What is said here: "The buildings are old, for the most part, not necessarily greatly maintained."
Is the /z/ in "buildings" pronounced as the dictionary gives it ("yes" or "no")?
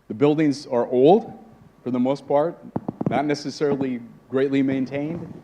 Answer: yes